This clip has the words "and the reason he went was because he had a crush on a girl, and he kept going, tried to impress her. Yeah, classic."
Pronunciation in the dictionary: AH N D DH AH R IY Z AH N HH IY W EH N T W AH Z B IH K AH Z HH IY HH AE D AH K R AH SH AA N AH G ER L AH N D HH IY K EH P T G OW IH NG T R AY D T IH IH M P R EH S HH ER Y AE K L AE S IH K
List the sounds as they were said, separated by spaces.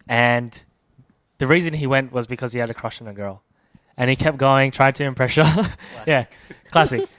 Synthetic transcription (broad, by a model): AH N DH AH R IY Z AH N IY W EH N T W AH Z B IH K AH Z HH IY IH D AH K R AH SH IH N AH G ER L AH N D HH IY K EH P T G OW IH NG T R AY D T IH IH M P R EH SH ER Y AE K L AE S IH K